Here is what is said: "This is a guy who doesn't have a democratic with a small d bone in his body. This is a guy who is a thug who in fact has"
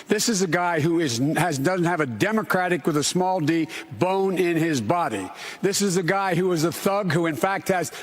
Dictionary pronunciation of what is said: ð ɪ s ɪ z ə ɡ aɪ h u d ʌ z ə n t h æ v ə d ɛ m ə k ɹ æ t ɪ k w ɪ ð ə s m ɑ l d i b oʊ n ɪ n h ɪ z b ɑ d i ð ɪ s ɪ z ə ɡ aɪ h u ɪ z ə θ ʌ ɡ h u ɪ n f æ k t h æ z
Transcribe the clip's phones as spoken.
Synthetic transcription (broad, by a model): ð ɪ s ɪ z ə ɡ aɪ h u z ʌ z ə n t h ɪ v ə d ɛ m ə k ɹ æ t ɪ k w ɪ ð ə s m ɑ l d i b oʊ n ɪ n ɪ z b ɑ d i ð ɪ s ɪ z ə ɡ aɪ h u ɪ z ə θ ʌ ɡ h u ɪ n f æ k t h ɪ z